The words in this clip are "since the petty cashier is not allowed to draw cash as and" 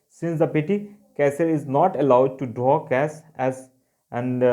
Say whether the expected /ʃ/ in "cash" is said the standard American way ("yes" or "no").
no